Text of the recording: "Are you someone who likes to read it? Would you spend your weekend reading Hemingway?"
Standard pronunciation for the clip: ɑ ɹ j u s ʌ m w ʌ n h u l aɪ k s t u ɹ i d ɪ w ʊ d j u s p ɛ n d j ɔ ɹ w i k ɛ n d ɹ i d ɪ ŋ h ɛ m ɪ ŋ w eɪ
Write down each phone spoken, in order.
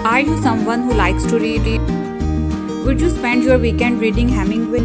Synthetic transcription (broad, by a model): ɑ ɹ j u s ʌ m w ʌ n h u l aɪ k s t u ɹ i d ɪ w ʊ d j u s p ɛ n d j ɔ ɹ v i k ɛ n d ɹ i d ɪ ŋ h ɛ m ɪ ŋ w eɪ